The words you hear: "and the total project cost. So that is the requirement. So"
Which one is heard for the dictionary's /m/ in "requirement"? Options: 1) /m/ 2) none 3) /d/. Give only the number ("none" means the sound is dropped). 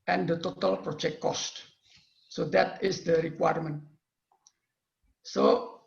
1